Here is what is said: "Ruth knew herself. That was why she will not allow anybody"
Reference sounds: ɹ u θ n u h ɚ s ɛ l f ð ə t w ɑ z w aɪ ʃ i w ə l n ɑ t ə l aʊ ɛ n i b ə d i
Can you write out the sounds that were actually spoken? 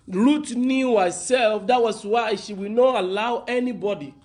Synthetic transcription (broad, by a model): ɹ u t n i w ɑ s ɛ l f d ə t w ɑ s w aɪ ʃ i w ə n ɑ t ə l aʊ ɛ n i b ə d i